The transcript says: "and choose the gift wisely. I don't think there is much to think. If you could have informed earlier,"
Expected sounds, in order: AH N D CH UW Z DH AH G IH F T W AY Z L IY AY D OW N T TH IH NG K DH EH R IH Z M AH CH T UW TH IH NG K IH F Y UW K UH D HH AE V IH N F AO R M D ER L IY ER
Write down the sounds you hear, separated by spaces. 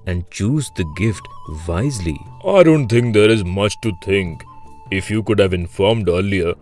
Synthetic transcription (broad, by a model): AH N D CH UW Z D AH G IH F T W AY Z L IY AY D OW N T T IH NG K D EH R IH Z M AH CH T UW T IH NG K IH F Y UW K UH D HH AE V IH N F AO R M D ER L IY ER